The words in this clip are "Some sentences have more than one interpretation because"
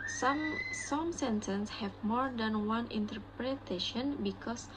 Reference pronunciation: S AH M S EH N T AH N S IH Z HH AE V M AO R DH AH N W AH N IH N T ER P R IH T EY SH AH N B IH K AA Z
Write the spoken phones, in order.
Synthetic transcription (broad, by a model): S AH M S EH N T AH N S HH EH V M AO R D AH N W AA N IH N T ER P R IH T EY SH AH N B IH K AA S